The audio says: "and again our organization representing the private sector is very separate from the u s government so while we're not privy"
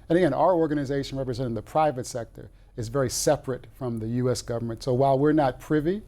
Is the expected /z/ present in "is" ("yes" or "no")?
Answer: yes